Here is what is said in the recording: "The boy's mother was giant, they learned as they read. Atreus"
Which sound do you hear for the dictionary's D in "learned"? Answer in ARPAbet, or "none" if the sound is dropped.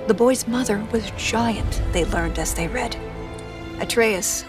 D